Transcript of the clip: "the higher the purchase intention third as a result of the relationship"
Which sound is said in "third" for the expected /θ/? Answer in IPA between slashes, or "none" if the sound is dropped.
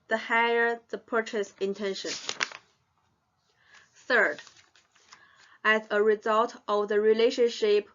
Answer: /θ/